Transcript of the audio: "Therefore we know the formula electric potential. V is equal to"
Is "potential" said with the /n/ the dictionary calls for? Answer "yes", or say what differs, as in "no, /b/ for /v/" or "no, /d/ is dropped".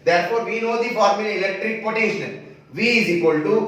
no, /n/ is dropped